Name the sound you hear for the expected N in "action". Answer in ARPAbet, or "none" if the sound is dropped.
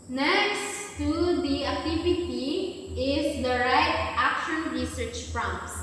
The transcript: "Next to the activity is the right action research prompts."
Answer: N